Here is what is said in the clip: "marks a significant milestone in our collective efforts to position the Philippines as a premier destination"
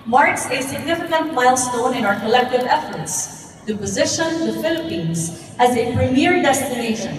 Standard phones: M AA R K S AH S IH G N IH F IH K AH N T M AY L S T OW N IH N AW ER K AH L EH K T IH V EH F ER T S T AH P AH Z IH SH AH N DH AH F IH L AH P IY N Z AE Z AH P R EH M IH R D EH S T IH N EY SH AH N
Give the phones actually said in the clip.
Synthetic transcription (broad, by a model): M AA R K S AH S IH G N IH F IH K AH N T M AY L S T OW N IH N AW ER K AH L EH K T IH V EH F ER T S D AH P AH Z IH SH AH N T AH F IH L AH P IY N Z AE Z AH P R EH M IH R D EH S T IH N EY SH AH N